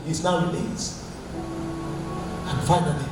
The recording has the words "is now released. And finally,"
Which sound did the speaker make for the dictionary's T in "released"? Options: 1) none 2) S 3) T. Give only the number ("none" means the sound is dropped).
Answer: 1